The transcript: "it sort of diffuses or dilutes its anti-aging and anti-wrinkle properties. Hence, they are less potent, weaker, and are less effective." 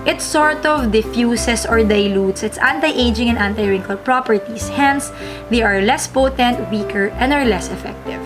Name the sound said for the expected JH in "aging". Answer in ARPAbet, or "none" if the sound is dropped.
JH